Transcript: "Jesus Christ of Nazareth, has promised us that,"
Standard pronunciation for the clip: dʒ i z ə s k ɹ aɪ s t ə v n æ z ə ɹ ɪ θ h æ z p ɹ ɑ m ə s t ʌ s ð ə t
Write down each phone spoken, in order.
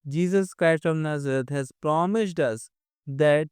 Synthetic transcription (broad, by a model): dʒ i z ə s k ɹ aɪ s t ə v n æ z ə ɹ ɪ t h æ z p ɹ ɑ m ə s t ʌ s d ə t